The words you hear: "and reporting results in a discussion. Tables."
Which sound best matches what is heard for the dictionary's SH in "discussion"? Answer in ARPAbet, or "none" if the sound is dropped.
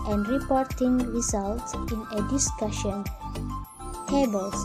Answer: SH